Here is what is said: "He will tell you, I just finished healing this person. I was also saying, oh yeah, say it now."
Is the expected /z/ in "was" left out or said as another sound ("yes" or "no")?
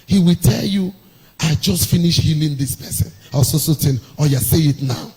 yes